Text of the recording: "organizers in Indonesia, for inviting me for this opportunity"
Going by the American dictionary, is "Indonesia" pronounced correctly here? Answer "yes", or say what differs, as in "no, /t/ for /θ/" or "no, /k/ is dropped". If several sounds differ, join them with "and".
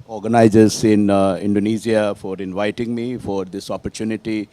no, /z/ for /ʒ/